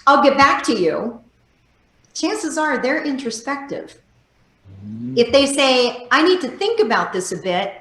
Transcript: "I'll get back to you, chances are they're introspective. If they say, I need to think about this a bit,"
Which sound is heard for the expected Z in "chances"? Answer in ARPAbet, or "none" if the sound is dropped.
Z